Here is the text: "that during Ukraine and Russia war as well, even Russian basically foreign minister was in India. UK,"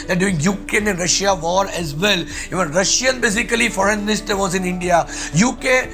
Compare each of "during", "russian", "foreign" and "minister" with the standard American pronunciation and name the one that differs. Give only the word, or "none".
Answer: during